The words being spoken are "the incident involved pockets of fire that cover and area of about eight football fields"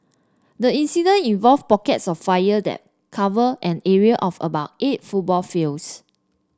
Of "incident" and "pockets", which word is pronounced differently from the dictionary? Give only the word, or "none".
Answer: incident